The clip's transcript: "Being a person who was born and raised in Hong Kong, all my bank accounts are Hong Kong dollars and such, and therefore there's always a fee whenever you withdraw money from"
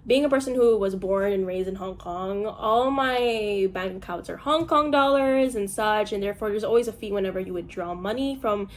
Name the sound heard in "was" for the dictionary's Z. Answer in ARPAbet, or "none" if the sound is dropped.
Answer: Z